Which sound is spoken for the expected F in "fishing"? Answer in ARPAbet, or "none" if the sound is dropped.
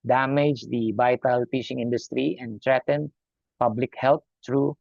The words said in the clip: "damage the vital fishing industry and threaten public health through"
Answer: P